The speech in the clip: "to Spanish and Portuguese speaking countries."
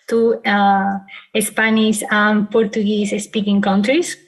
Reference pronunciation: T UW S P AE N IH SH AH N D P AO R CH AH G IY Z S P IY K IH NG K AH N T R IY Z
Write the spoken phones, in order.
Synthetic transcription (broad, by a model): T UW S P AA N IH S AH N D P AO R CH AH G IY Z S P IY K IH NG K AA N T R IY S